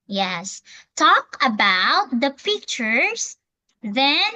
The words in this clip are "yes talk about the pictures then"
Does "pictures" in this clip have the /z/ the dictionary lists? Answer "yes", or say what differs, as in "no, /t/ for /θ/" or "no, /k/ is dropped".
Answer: no, /s/ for /z/